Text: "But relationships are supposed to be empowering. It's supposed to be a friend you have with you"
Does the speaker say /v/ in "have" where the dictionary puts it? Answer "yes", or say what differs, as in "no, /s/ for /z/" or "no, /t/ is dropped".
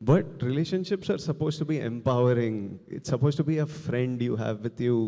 yes